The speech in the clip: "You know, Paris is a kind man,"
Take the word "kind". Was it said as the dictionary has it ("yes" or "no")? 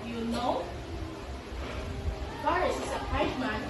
no